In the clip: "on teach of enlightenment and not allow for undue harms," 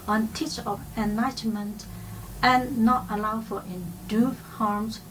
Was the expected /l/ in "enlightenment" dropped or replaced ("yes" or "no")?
yes